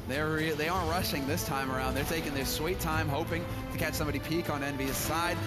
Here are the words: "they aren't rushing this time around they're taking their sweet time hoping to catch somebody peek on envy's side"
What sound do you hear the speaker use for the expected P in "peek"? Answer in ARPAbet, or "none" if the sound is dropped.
P